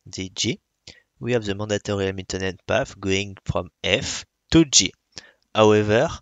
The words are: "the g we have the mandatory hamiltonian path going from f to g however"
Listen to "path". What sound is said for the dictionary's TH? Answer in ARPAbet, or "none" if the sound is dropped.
F